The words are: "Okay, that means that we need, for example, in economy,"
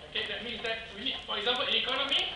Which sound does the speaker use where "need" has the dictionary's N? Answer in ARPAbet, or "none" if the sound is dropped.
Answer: L